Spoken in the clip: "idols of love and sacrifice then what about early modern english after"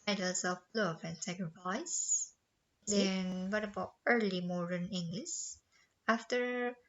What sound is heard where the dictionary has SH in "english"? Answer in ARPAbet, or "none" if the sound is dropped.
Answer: S